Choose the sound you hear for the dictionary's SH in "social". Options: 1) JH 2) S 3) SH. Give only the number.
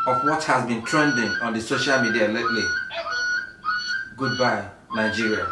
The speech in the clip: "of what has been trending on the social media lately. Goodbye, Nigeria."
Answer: 3